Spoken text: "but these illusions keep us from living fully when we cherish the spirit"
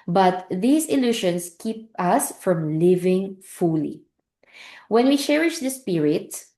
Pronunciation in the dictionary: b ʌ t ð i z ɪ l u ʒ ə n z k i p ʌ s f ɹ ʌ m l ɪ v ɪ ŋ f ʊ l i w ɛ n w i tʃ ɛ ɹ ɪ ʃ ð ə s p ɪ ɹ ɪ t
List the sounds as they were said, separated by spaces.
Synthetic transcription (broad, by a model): b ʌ t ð i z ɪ l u ʃ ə n s k i p ʌ s f ɹ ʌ m l ɪ v ɪ ŋ f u l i w ɛ n w i tʃ ɛ ɹ ɪ ʃ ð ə s p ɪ ɹ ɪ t